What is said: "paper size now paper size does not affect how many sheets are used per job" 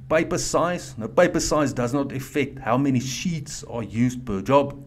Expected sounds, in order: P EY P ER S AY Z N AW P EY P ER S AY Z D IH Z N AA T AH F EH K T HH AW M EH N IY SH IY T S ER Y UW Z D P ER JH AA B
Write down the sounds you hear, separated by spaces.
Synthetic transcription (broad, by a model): P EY P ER S AY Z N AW P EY P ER S AY Z D IH Z N AA T AH F EH K T HH AW M EH N IY SH IY T S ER Y UW Z D P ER JH AA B